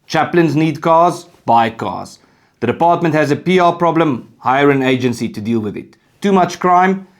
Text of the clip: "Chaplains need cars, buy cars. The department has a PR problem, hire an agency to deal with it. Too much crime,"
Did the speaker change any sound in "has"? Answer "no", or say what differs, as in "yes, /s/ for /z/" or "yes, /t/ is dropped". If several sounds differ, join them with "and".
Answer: no